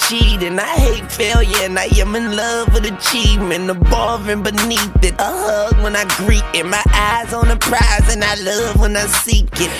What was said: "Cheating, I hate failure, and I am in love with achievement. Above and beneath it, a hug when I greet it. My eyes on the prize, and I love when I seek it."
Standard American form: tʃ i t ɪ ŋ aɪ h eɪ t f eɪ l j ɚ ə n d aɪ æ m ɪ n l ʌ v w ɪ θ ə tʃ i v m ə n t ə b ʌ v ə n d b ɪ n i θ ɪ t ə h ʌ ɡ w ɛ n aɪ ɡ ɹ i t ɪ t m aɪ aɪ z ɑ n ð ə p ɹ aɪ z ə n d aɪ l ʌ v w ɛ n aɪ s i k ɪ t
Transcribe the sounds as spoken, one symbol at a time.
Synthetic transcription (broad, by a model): tʃ i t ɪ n aɪ h eɪ t f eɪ l j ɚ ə n aɪ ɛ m ɪ n l ʌ v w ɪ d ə tʃ i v m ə n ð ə b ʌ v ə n b ɪ n i θ ɪ t ə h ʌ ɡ w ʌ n aɪ ɡ ɹ i t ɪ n m aɪ aɪ z n ð ə p ɹ aɪ z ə n aɪ l ʌ v w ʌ n aɪ s i k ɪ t